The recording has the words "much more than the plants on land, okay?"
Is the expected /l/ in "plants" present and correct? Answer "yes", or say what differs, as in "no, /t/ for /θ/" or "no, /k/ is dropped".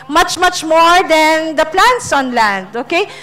yes